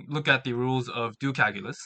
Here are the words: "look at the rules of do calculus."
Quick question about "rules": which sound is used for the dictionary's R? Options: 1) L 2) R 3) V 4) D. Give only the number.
2